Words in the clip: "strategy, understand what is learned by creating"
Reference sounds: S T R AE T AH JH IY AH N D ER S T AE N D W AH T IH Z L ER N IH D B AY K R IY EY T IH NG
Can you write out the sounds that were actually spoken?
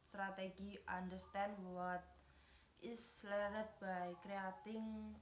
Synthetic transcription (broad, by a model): S T R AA T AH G IY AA N D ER S T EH N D W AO T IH S L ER IH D B AY K R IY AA T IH NG